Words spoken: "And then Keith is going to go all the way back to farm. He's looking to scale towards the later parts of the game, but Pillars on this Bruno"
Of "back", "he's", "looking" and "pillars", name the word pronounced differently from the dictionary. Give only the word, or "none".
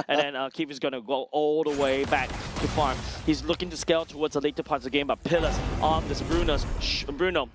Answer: pillars